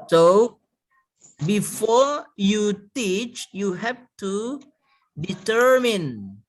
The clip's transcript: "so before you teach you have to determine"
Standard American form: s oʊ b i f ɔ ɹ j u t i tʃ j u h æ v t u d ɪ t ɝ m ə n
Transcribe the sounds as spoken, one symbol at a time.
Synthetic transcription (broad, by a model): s oʊ b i f ɔ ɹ j u t i tʃ j u h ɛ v t u d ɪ t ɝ m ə n